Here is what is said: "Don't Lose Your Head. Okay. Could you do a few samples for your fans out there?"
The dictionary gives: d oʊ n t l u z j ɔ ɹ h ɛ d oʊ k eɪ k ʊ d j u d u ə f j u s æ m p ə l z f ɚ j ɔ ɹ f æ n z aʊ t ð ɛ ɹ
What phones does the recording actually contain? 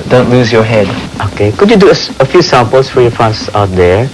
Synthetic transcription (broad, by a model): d oʊ n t l u z j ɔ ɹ h ɛ d oʊ k eɪ k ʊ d j u d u ə f j u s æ m p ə l s f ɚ j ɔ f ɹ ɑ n s aʊ t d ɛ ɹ